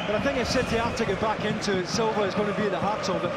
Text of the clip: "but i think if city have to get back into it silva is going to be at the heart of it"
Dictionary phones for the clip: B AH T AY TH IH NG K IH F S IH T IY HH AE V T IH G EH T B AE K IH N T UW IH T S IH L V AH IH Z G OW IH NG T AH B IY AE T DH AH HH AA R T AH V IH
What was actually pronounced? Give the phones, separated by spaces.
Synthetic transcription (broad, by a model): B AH T AY TH IH NG K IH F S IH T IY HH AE F T IH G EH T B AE K IH N T UW IH T S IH L V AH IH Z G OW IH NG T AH B IY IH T DH AH HH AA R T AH B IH